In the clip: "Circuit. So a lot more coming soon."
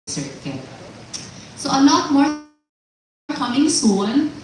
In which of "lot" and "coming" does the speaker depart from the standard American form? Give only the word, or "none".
lot